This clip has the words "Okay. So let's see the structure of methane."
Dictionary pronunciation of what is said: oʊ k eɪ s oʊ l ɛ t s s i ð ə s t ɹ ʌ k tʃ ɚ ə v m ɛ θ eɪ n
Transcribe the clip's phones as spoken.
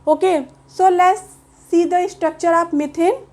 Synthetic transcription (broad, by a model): oʊ k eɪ s oʊ l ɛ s s i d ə s t ɹ ʌ k tʃ ɚ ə p m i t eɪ n